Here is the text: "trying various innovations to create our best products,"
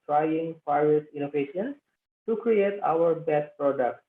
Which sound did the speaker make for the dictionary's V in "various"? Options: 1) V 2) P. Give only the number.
2